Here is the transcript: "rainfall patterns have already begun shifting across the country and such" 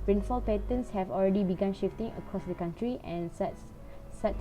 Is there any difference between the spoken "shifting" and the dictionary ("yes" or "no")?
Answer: no